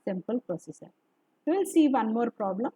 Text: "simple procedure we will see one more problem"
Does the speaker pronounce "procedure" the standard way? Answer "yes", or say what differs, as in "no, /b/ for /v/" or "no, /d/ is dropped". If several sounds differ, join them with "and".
no, /ɹ/ is dropped